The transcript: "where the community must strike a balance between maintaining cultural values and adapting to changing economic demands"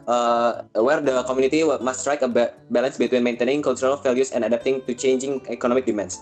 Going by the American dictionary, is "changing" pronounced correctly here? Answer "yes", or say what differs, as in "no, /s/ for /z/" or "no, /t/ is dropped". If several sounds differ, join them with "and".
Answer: yes